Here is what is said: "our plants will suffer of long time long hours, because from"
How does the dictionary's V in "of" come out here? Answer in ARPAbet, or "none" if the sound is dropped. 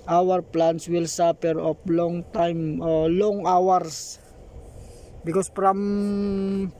P